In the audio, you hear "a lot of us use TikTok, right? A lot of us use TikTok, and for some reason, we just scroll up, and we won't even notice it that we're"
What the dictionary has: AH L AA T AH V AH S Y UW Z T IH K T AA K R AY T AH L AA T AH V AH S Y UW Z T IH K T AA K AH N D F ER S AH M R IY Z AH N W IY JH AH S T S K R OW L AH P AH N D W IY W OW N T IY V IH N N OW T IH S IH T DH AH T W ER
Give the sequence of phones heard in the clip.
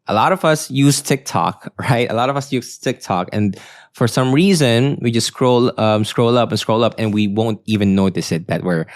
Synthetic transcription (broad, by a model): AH L AA T AH V AH S Y UW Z T IH K T AA K R AY T AH L AA T AH V AH S Y UW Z T IH K T AA K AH N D F ER S AH M R IY Z AH N W IY JH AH S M S K R OW L AH P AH N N W IY W OW N T IY V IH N N OW T IH S IH T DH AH T W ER